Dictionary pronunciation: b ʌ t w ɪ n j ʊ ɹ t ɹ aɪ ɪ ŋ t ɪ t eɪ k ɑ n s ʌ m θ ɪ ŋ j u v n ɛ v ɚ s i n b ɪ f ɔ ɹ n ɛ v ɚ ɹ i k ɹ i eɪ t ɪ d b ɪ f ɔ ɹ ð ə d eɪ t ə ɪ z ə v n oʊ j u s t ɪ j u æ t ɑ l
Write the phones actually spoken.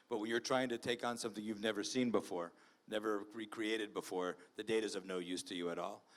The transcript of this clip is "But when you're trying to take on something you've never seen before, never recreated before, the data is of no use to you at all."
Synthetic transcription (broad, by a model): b ʌ t w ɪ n j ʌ ɹ t ɹ aɪ ɪ ŋ t ɪ t eɪ k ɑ n s ʌ m θ ɪ ŋ j u v n ɛ v ɚ s i n b ɪ f ɔ ɹ n ɛ v ɚ ɹ i k ɹ i eɪ t ɪ d b ɪ f ɔ ɹ ð ə d eɪ t ɪ z ə v n oʊ j u s t ɪ j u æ t ɑ l